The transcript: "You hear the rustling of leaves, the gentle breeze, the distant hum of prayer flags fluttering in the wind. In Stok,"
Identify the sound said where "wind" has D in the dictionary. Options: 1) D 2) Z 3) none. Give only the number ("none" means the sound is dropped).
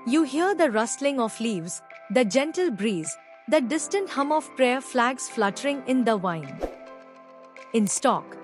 3